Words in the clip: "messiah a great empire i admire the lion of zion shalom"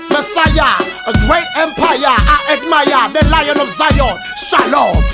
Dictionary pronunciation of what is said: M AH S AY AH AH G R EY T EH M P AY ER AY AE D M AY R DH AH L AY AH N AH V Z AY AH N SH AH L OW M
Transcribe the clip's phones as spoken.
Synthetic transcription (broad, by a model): M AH S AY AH AH G R EY T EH M P AY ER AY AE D M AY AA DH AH L AY AH N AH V Z AY AH N SH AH L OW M